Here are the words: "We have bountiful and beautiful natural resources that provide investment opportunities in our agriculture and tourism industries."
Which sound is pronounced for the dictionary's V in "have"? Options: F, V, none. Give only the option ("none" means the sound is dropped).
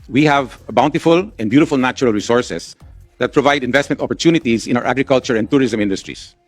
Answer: V